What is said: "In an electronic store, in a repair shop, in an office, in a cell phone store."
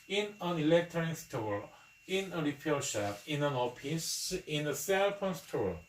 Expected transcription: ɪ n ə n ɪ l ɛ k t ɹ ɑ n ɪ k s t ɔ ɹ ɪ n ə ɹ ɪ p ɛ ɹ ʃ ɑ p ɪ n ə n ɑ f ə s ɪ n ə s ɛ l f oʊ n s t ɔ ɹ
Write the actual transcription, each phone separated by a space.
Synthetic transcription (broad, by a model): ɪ n ə n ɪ l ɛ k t ɑ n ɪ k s t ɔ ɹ ɪ n ə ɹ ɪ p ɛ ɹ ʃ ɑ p ɪ n ə n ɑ p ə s ɪ n ə s ɛ l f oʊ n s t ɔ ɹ